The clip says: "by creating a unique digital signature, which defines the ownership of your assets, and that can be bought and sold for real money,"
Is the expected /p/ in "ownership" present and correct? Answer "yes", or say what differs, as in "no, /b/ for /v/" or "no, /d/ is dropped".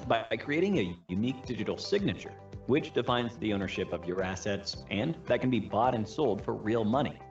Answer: yes